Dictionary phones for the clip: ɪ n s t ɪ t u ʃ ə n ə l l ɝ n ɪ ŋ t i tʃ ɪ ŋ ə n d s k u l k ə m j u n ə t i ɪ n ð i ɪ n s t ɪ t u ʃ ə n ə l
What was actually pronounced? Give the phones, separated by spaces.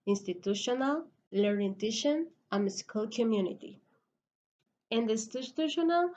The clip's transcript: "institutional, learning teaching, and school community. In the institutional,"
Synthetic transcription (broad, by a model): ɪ n s t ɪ t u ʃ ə n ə l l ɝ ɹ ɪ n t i ʃ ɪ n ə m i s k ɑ l k ə m j u n ə t i ɪ n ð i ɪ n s t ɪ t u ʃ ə n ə l